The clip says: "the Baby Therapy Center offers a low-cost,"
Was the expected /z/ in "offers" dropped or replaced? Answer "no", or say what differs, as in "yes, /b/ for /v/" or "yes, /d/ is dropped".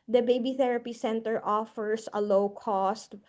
yes, /s/ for /z/